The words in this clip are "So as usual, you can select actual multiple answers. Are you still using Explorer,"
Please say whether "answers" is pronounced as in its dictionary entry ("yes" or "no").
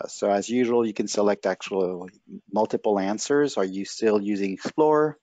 yes